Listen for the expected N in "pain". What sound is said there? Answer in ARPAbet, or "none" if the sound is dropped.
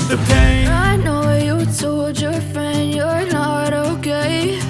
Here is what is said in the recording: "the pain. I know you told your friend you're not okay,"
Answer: none